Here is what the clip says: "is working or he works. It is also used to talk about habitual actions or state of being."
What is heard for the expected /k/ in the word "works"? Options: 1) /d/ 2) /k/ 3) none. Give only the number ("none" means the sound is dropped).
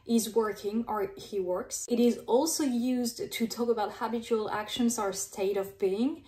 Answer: 2